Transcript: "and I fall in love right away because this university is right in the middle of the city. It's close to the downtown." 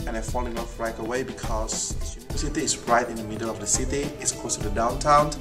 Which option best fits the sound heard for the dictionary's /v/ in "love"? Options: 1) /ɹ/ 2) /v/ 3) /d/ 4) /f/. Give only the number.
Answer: 4